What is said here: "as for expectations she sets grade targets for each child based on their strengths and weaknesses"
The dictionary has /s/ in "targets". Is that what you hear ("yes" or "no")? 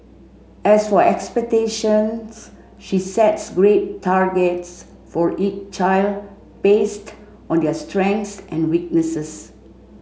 yes